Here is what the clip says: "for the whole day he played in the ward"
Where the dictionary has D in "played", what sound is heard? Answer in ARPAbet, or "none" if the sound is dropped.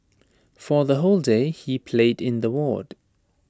D